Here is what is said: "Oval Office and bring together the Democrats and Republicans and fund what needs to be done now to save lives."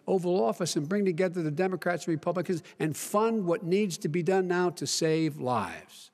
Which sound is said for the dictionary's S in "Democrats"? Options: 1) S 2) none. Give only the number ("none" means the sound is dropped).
1